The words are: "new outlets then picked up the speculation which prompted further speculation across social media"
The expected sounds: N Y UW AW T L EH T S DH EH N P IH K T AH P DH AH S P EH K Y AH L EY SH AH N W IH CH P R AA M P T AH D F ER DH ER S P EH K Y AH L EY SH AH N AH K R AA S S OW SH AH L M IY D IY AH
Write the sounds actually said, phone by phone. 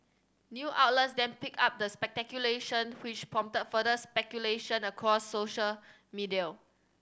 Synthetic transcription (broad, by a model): N Y UW AW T L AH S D EH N P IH K AA P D AH S P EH K Y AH L EY SH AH N W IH CH P R AA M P T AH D F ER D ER S P EH K Y AH L EY SH AH N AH K R AA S S OW SH AH L M IY D IY AH